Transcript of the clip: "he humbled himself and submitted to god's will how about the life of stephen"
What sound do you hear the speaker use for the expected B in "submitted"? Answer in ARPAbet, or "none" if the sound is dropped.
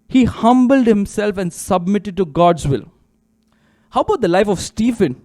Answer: B